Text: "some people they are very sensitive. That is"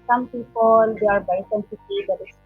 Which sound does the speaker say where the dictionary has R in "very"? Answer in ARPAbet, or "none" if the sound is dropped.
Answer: none